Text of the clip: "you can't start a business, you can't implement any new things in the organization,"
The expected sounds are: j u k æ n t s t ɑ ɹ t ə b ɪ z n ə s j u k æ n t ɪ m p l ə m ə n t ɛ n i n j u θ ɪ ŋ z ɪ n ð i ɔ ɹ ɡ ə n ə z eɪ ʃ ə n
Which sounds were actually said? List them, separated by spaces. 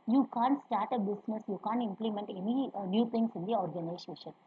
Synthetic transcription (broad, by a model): j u k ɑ n t s t ɑ ɹ t ə b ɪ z n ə s j u k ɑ n t ɪ m p l ə m ə n t ɛ n i n j u t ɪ ŋ s ɪ n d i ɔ ɹ ɡ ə n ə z eɪ ʃ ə n